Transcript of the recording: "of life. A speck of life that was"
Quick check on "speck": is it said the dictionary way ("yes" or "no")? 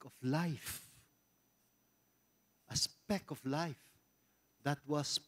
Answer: yes